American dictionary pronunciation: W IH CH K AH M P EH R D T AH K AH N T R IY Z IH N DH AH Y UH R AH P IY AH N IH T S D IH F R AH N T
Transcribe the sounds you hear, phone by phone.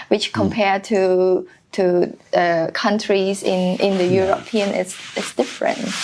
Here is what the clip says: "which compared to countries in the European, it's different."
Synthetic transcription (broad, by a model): W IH CH K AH M P EH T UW T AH K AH N T R IY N IH N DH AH Y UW R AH P IY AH N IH S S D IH F R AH N T